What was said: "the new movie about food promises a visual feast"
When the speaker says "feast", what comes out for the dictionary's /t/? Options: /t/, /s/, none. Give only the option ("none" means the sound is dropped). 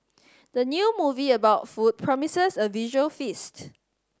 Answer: /t/